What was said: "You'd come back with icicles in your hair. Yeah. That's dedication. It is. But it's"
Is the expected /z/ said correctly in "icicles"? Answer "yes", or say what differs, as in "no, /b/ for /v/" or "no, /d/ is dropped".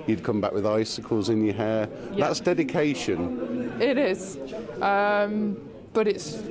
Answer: yes